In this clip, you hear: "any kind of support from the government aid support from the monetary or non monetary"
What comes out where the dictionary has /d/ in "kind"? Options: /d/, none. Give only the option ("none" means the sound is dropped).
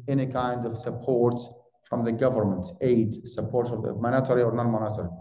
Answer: /d/